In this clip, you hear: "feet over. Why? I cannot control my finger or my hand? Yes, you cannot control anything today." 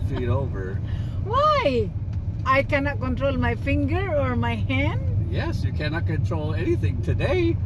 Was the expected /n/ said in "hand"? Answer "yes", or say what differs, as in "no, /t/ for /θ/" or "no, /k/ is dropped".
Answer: yes